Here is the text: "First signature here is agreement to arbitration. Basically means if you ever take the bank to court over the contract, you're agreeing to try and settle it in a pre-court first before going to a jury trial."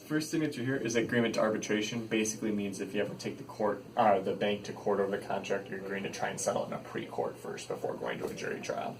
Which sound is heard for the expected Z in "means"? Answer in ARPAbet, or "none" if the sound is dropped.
Z